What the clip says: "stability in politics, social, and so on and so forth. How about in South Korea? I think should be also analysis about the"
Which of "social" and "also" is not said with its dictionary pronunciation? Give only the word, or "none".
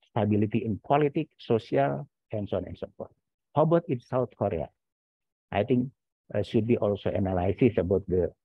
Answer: social